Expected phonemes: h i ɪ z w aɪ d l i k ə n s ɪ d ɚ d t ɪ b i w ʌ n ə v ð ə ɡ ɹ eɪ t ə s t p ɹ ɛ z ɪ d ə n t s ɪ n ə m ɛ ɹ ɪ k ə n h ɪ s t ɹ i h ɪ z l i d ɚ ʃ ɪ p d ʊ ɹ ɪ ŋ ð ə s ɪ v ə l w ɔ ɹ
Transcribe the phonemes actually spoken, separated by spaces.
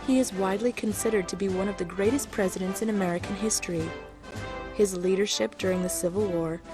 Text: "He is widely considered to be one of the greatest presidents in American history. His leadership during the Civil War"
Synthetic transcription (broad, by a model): h i ɪ z w aɪ d l i k ə n s ɪ d ɚ d t ɪ b i w ʌ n ə v ð ə ɡ ɹ eɪ t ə s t p ɹ ɛ z ɪ d ə n t s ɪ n ə m ɛ ɹ ɪ k ə n h ɪ s t ɹ i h ɪ z l i d ɚ ʃ ɪ p d ʊ ɹ ɪ ŋ ð ə s ɪ v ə l w ɔ ɹ